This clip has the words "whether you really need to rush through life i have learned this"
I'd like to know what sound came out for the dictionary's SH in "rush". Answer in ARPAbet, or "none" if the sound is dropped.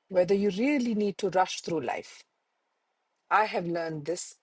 SH